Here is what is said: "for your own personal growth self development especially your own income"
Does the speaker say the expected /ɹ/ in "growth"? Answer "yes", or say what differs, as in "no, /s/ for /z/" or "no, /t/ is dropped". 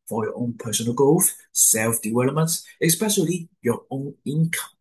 no, /ɹ/ is dropped